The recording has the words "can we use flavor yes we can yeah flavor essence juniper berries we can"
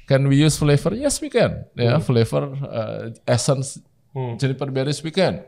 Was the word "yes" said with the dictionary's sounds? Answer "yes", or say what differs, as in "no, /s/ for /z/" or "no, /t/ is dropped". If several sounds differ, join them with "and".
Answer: yes